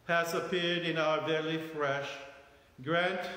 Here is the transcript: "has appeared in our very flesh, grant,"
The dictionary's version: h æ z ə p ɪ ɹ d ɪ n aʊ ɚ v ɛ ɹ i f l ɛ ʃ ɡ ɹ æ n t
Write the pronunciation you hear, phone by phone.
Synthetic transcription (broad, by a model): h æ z ə p ɪ ɹ d ɪ n aʊ ɚ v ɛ l i f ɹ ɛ ʃ ɡ ɹ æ n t